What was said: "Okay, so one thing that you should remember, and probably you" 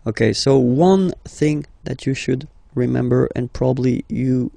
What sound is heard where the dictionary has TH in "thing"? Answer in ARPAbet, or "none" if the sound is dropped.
TH